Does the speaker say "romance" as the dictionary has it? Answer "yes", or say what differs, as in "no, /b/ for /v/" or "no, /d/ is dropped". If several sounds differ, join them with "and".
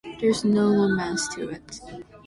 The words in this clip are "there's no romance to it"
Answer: no, /l/ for /ɹ/ and /n/ is dropped